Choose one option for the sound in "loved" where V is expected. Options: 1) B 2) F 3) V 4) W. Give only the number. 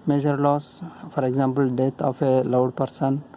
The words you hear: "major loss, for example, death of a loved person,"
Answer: 4